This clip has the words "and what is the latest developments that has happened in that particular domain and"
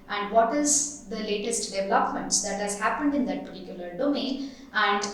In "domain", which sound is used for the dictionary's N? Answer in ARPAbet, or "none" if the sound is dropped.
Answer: none